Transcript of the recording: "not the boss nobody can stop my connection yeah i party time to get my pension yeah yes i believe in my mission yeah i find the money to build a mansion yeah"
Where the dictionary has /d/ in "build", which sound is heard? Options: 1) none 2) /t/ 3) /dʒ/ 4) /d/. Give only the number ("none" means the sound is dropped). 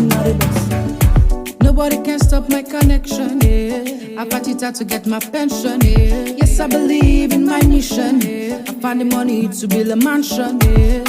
1